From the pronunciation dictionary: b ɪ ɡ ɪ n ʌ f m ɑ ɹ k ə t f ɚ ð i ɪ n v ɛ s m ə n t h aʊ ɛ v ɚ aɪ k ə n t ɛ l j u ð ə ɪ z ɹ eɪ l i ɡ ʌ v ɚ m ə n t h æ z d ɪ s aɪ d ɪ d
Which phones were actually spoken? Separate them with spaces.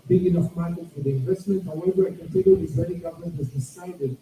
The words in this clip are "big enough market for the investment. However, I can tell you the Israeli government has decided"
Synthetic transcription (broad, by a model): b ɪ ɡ ɪ n ʌ f m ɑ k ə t f ɚ ð i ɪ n v ɛ s m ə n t h aʊ ɛ v ɚ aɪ k ə n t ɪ n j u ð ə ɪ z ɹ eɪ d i ɡ ʌ v ɚ m ə n t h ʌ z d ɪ s aɪ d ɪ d